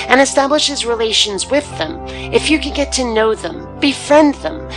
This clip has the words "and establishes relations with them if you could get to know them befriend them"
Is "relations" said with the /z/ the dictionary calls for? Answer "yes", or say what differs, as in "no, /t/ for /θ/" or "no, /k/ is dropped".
yes